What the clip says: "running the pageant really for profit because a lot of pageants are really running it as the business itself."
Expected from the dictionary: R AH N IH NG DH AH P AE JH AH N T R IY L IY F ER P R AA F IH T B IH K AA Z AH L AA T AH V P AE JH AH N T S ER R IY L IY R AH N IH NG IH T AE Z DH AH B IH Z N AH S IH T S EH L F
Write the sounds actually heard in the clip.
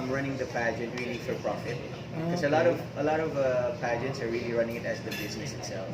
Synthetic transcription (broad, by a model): R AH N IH NG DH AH P AE JH AH N T R IY L IY F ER P R AA F IH T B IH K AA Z AH L AA T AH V P AE JH AH N T S ER R IY L IY R AH N IH NG IH T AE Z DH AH B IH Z N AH S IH T S EH L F